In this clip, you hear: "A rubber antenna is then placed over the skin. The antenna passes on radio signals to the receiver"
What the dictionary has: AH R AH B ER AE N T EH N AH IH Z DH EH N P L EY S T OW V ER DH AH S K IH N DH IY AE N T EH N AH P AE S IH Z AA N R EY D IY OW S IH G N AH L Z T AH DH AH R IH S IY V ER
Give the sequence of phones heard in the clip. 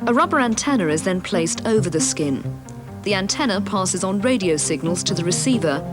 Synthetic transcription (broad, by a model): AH R AH B ER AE N T EH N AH IH Z DH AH N P L EY S T OW V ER DH AH S K IH N DH IY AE N T EH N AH P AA S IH Z N R EY D IY OW S IH G N AH L Z T AH DH AH R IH S IY V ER